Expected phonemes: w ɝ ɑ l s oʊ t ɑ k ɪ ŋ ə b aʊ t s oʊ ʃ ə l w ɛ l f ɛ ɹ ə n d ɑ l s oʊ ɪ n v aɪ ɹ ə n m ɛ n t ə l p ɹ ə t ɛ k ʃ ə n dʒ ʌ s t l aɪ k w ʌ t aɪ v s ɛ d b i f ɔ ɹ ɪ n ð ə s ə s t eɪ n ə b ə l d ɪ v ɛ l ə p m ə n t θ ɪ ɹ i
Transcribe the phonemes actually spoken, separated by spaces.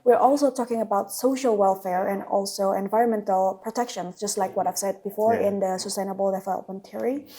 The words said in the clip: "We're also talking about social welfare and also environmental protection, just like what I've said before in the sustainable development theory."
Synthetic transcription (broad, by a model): w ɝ ɑ l s oʊ t ɑ k ɪ ŋ ə b aʊ t s oʊ ʃ ə l w ɛ l f ɛ ɹ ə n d ɑ l s oʊ ɪ n v aɪ ɹ ə n m ɛ n t ə l p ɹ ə t ɛ k ʃ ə n dʒ ʌ s t l aɪ k w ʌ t aɪ v s ɛ d b i f ɔ ɹ ɪ n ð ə s ə s t eɪ n ə b ə l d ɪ f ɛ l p ə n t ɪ ɹ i